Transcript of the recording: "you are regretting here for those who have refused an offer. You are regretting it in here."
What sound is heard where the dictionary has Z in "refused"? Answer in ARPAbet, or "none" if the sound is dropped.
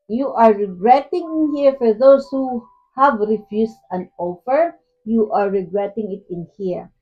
S